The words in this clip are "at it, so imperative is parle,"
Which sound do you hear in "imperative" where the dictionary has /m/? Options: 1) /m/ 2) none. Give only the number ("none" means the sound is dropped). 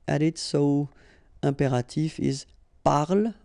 2